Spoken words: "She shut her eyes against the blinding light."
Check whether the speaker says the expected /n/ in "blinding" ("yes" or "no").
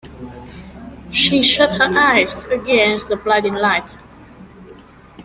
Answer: no